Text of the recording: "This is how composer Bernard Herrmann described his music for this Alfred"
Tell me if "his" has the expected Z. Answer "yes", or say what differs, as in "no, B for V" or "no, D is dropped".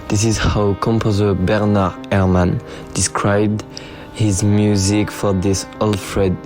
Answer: yes